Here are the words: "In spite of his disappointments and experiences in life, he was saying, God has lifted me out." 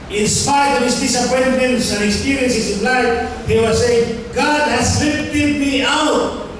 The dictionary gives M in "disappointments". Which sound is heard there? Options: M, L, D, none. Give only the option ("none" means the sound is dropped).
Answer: none